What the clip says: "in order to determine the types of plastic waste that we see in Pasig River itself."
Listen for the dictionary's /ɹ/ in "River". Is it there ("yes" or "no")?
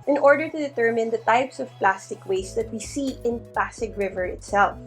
yes